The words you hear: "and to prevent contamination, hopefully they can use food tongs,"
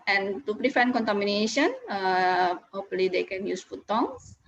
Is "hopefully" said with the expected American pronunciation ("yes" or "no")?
no